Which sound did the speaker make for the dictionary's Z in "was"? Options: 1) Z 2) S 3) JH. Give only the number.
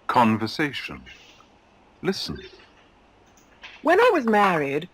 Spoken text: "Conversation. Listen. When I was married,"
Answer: 1